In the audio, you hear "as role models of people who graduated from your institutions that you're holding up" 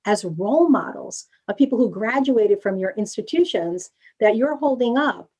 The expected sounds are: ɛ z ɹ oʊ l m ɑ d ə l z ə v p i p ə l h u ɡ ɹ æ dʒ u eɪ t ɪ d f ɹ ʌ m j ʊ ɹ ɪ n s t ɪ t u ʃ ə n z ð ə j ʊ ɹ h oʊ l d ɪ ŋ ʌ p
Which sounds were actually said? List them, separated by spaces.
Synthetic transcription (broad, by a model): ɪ z ɹ oʊ l m ɑ d l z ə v p i p l h u ɡ ɹ æ dʒ u eɪ t ɪ d f ɹ ʌ m j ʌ ɹ ɪ n s t ɪ t u ʃ ə n z ð ə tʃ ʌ ɹ h oʊ l d ɪ ŋ ʌ p